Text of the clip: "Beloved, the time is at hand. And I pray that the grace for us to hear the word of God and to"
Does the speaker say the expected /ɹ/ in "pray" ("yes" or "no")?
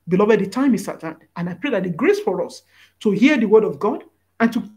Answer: yes